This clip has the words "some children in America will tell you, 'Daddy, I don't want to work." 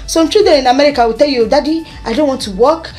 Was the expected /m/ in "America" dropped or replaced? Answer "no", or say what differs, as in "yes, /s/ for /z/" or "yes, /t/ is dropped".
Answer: no